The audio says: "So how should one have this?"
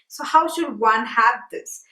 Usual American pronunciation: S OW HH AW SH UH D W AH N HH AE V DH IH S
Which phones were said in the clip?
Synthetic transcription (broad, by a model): S OW HH AW SH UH D W AH N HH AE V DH IH S